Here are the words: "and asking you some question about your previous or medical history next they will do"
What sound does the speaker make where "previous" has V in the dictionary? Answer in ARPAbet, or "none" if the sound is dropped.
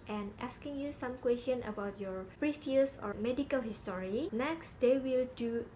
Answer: F